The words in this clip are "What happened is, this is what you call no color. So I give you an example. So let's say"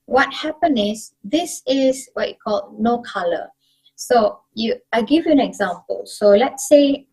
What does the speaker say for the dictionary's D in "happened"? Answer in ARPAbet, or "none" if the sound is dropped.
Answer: none